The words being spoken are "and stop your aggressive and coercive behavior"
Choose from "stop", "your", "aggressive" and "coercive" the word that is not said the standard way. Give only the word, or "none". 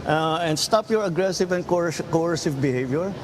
none